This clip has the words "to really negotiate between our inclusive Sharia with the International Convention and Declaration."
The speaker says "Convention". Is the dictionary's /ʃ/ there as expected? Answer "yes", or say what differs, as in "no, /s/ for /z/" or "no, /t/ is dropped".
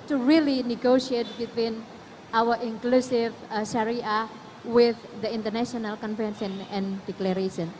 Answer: no, /s/ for /ʃ/